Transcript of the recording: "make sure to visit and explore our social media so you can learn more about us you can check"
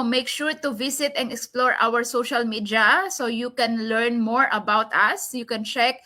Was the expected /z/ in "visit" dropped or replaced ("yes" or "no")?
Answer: yes